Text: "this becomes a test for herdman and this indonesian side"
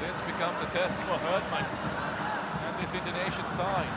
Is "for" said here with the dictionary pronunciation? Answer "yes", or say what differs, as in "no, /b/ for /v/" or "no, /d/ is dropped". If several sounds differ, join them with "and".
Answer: yes